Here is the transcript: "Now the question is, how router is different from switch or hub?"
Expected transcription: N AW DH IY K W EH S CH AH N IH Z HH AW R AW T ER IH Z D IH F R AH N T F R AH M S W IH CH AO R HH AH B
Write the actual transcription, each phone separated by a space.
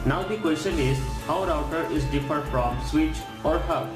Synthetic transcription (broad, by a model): N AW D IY K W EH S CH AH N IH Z HH AW R AW T ER IH Z D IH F AH T F R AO M S W IH CH AO R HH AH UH